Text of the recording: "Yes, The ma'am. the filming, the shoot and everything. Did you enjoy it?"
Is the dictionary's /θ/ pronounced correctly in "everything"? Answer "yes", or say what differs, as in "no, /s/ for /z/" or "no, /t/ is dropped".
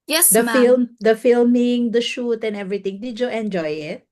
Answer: no, /t/ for /θ/